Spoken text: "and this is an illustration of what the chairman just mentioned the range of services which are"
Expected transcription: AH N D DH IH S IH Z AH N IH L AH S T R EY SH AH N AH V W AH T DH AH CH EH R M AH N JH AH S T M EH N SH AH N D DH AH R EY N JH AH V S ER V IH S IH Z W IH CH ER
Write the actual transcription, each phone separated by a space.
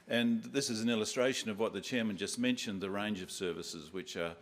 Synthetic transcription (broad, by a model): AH N DH IH S IH Z N IH L AH S T R EY SH AH N AH V W AH T DH AH CH EH R M AH N JH AH S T M EH N SH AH N DH AH R EY N JH AH V S ER V IH S IH Z W IH CH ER